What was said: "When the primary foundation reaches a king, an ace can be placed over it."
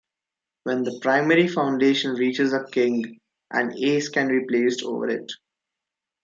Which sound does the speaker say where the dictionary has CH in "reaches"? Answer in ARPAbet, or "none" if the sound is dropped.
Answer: CH